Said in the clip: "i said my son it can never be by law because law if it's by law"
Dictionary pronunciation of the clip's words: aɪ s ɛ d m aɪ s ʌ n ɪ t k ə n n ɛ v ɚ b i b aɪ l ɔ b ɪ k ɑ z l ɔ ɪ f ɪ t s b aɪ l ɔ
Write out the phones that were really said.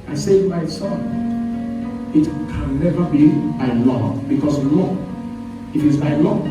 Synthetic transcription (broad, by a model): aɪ s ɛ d m aɪ s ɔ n ɪ t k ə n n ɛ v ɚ b i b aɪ l ɔ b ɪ k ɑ s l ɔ ɪ f ɪ t s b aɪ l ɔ